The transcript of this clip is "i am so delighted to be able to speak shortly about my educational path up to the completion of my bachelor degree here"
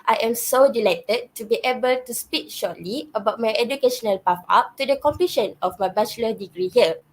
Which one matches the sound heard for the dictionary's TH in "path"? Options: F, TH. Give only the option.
F